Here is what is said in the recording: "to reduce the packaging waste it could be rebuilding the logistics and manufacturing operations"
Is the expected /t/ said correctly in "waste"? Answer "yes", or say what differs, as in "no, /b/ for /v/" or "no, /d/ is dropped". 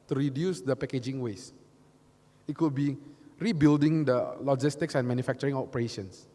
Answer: no, /t/ is dropped